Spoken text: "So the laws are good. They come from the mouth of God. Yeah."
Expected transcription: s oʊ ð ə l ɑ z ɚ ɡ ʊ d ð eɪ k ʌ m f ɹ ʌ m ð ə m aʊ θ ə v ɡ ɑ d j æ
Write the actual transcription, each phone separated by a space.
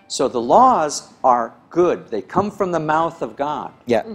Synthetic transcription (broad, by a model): s oʊ ð ə l ɑ z ɚ ɡ ʊ d ð eɪ k ʌ m f ɹ ʌ m ð ə m aʊ θ ə v ɡ ɑ d j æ